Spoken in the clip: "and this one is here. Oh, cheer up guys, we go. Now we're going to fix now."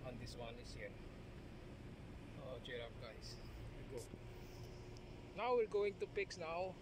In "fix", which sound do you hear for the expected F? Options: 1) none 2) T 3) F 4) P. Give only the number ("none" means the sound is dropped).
4